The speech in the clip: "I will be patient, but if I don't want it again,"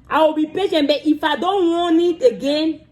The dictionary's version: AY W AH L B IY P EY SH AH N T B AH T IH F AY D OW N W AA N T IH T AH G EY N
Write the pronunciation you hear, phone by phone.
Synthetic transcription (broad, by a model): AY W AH B IY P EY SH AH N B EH T IH F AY D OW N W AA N IH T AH G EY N